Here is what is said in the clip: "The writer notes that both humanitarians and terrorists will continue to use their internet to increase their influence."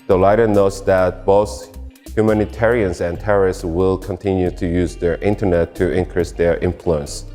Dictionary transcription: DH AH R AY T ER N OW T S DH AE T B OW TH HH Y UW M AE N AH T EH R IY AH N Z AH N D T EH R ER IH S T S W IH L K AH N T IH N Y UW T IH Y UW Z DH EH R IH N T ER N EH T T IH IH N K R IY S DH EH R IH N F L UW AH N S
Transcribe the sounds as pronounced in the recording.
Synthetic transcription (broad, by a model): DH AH L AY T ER N OW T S DH AE T B OW TH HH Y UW M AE N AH T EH R IY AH N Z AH N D T EH R ER IH S T S W IH L K AH N T IH N Y UW T IH Y UW Z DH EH R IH N T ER N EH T T IH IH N K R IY S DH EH R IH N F L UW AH N S